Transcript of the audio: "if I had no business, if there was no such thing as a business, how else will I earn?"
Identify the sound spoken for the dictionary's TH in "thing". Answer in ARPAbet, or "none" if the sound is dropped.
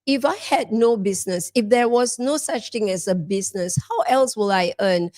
T